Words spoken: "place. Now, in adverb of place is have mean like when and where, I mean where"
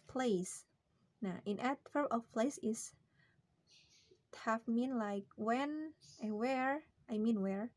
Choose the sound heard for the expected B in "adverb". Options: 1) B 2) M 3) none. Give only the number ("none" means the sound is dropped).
3